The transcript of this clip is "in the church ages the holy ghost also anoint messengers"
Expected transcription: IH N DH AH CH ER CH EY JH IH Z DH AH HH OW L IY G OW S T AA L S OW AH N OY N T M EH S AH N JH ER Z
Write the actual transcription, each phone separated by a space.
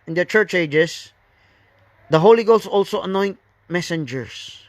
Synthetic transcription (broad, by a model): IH N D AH CH ER CH EY JH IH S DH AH HH OW L IY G OW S AA L S OW AH N OY N T M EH S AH N JH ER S